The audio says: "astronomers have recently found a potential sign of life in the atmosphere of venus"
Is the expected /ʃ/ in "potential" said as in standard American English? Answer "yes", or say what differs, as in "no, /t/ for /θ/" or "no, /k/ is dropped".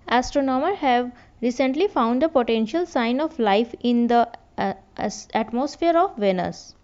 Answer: yes